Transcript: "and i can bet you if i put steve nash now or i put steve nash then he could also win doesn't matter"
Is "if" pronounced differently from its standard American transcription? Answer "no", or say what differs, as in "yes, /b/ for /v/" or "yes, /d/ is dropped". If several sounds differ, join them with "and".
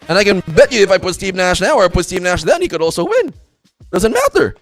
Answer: no